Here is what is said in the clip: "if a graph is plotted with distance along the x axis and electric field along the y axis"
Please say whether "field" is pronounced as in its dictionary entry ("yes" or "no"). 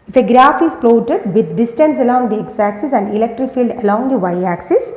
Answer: yes